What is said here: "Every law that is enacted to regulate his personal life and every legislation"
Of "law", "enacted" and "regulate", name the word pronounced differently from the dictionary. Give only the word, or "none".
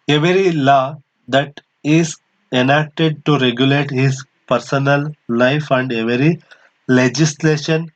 none